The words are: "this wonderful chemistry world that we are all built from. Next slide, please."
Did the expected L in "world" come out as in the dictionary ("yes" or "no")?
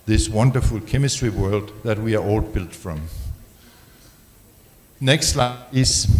yes